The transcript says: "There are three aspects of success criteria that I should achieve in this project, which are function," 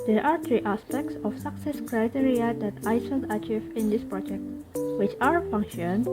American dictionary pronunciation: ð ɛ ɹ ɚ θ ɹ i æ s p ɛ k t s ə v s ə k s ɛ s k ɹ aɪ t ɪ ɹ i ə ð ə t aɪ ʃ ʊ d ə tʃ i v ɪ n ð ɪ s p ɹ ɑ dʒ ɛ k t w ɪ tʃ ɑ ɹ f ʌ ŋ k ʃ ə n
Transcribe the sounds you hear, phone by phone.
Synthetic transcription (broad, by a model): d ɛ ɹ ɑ t ɹ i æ s p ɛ k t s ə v s ə k s ɛ s k ɹ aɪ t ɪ ɹ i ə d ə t aɪ s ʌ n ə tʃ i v ɪ n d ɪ s p ɹ ɑ dʒ ɛ k t w ɪ tʃ ɑ ɹ f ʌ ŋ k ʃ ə n